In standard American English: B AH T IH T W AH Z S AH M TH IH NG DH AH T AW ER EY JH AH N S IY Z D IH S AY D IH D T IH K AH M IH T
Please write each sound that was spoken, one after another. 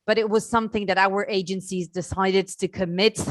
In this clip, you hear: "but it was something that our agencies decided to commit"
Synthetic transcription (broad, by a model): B AH T IH T W AH Z S AH M TH IH NG DH AH T AW ER EY JH AH N S IY Z D IH S AY D IH D T IH K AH M IH T